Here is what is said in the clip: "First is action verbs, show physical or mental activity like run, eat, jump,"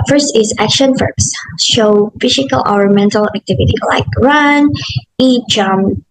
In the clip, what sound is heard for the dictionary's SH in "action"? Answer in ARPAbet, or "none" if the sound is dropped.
SH